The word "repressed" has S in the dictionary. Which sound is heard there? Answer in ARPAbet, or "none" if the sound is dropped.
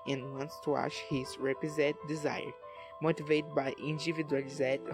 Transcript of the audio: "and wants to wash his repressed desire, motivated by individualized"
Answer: none